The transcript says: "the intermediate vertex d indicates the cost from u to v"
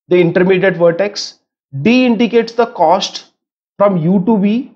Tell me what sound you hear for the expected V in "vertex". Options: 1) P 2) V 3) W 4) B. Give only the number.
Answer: 2